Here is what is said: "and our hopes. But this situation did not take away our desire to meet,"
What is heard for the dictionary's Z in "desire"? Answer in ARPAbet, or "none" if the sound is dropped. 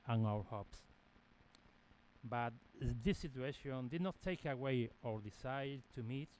S